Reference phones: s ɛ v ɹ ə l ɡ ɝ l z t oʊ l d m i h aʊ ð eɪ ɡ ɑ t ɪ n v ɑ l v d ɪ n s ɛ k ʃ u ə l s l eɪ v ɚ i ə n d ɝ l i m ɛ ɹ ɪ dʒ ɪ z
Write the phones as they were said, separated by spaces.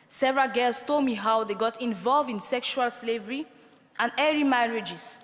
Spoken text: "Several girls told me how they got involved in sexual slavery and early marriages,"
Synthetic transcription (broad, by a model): s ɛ v ɹ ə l ɡ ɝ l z t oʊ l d m i h aʊ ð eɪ ɡ ɑ t ɪ n v ɑ l v d ɪ n s ɛ k ʃ u ə l s l eɪ v ɚ i ə n d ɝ i m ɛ ɹ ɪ dʒ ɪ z